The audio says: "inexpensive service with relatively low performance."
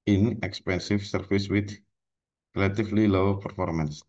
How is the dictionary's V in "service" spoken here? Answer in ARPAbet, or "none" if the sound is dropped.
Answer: F